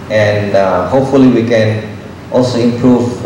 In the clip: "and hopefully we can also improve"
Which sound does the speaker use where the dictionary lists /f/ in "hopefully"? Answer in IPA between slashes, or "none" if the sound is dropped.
/f/